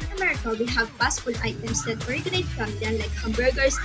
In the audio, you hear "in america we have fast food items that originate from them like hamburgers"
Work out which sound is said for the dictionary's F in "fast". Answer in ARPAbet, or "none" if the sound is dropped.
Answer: P